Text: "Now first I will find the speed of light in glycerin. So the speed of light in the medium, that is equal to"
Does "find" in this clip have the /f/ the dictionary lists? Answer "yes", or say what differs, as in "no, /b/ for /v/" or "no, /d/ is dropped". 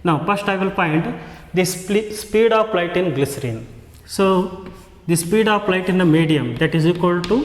no, /p/ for /f/